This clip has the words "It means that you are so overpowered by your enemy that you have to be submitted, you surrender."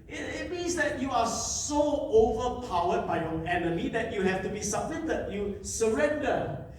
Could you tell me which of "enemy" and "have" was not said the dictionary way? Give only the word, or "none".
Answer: have